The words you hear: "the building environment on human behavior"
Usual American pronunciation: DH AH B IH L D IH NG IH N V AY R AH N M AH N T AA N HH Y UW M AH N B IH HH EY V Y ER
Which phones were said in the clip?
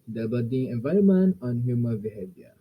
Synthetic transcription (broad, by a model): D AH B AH D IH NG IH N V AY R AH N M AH N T AA N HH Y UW M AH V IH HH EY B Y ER